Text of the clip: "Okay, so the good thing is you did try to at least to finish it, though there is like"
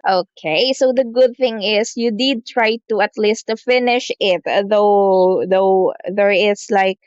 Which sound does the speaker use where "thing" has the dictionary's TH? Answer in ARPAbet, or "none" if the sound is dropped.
TH